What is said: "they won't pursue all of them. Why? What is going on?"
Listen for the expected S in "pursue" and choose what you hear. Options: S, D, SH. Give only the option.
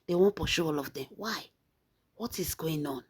SH